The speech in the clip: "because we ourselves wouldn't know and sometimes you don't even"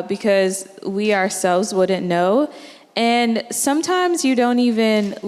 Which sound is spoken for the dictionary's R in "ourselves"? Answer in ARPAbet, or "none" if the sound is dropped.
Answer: R